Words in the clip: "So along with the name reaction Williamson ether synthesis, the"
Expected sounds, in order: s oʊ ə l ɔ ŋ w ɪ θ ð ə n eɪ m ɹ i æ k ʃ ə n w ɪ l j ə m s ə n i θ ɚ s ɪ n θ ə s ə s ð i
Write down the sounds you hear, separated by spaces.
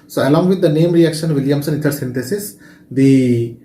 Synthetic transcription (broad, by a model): s oʊ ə l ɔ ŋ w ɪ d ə n eɪ m ɹ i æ k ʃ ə n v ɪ l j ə m s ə n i t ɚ s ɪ n t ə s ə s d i